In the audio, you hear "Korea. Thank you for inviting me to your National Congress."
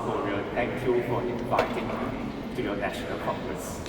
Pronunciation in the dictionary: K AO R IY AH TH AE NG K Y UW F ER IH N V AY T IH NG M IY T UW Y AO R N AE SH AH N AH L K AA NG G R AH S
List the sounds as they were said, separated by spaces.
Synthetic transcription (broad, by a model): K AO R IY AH T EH NG K Y UW F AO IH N V AY T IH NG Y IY T UW Y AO N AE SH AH N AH L K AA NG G R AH S